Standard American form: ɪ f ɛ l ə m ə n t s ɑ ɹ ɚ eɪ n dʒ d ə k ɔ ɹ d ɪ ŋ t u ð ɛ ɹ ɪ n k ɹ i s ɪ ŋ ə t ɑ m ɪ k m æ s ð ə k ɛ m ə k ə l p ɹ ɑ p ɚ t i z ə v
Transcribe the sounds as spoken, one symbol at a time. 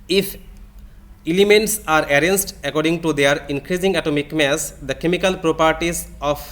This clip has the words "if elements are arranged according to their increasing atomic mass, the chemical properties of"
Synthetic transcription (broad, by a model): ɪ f ɛ l ə m ə n t s ɑ ɹ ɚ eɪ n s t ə k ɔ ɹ d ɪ ŋ t u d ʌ ɹ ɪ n k ɹ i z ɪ ŋ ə t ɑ m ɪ k m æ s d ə k ɛ m ə k ə l p ɹ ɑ p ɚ t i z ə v